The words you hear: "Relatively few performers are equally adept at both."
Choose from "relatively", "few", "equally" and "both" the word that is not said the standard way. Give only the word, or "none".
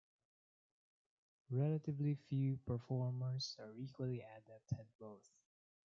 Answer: none